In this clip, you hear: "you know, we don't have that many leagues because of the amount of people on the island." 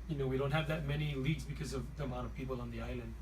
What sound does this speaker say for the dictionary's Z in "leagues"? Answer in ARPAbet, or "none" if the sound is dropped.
Z